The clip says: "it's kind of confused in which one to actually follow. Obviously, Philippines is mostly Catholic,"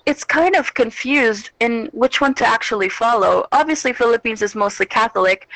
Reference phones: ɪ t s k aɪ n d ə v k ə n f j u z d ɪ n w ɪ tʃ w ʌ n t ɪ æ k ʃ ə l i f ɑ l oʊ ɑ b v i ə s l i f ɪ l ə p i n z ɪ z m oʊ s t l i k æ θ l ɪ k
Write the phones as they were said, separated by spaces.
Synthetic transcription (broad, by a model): ɪ t s k aɪ n d ə v k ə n f j u z d ɪ n w ɪ tʃ w ʌ n t ɪ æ k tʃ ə l i f ɑ l oʊ ɑ b v i ə s l i f ɪ l ə p i n z ɪ z m oʊ s t l i k æ θ l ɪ k